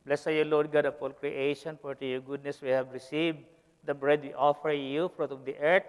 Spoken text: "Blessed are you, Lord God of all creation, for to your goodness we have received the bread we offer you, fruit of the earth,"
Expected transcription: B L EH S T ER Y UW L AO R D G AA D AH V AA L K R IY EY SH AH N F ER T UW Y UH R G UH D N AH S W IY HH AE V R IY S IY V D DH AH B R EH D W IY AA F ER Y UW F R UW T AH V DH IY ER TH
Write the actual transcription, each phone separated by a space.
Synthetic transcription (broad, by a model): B L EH S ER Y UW L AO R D G AA D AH P AA L K R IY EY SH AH N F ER T UW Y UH G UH D N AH S W IY HH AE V R IY S IY V D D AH B R EH D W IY AA F ER Y UW F R UW T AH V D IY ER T